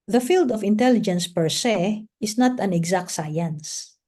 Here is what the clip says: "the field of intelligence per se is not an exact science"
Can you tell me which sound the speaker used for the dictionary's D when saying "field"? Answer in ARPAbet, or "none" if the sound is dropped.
D